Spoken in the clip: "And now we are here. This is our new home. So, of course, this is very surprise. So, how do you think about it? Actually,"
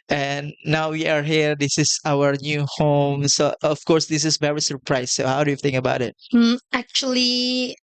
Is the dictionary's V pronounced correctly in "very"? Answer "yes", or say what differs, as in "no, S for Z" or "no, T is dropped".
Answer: yes